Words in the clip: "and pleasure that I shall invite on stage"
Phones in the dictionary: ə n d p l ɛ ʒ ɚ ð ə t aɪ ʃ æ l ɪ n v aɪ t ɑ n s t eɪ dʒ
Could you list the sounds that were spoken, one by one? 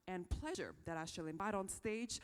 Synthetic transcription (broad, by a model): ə n p l ɛ ʒ ɚ ð ə t aɪ ʃ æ l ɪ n b aɪ t n s t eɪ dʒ